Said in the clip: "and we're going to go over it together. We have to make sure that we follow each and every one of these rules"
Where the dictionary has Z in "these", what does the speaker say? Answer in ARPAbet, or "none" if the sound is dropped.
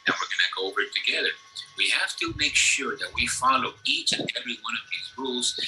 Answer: Z